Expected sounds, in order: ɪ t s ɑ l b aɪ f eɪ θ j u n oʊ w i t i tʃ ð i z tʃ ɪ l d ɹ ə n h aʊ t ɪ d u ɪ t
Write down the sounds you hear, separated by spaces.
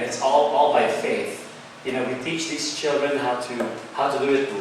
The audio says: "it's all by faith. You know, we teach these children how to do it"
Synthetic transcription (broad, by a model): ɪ t s ɑ l b aɪ f eɪ θ j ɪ n oʊ w i t i tʃ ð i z tʃ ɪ l d ɹ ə n h aʊ t ɪ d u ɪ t